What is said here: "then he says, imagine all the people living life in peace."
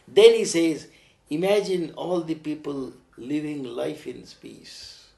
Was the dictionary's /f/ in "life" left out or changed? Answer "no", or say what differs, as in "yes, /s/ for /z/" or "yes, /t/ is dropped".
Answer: no